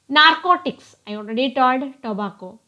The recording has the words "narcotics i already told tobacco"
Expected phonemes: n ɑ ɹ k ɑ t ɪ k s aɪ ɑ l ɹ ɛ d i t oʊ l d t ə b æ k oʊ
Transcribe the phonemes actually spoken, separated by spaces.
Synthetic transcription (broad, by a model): n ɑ ɹ k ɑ t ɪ k s aɪ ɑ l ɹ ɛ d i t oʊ d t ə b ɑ k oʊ